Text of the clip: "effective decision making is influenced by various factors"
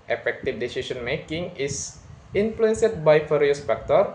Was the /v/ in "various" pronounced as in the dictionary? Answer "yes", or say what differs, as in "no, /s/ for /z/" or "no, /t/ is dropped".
no, /f/ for /v/